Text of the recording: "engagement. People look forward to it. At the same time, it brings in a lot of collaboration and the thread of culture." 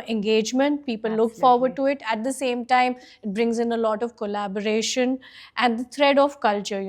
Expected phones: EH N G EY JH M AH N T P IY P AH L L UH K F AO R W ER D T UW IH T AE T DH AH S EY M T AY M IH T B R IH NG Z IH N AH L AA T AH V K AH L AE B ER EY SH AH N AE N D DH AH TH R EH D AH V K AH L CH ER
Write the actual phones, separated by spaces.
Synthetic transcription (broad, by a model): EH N G EY JH M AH N T P IY P AH L L UH K F AO R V ER D T UW IH T AE T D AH S EY M T AY M IH T B R IH NG Z IH N AH L AA T AH V K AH L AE B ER EY SH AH N AE N D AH T R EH D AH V K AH L CH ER